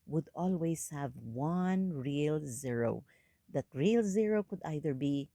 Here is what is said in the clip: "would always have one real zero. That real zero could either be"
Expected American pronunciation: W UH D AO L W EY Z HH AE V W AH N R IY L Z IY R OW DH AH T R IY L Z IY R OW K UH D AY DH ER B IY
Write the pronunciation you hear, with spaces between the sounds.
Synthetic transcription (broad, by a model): W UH D AO L W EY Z HH AE V W AH N R IY L Z IY R OW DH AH T R IY L Z IY R OW K UH D AY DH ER B IY